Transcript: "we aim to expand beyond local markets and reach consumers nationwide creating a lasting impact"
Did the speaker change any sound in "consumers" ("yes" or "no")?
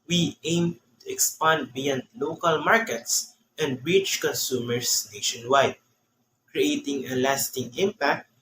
yes